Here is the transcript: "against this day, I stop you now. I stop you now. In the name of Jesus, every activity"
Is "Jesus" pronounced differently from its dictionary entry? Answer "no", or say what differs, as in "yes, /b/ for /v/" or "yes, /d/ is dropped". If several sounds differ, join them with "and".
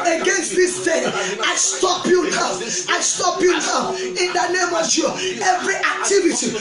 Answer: yes, /s/ is dropped